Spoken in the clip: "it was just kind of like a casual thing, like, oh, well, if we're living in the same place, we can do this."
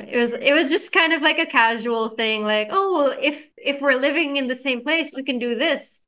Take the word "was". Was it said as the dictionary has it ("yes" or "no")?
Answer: yes